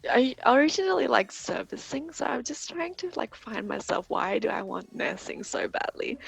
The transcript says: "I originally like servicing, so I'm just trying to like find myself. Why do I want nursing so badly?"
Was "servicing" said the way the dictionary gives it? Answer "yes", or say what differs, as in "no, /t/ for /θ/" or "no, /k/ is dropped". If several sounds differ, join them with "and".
yes